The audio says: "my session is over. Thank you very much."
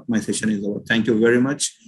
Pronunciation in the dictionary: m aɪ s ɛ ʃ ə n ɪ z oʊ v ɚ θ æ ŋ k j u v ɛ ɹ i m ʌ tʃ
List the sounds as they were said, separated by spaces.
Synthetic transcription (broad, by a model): m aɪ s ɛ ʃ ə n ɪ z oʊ ɚ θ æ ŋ k j u v ɛ ɹ i m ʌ tʃ